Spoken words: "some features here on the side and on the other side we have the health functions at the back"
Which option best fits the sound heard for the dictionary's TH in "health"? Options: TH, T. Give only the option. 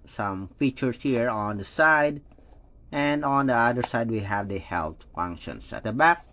T